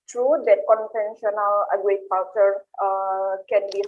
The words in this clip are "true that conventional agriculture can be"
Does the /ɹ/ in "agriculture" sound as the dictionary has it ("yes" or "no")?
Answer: no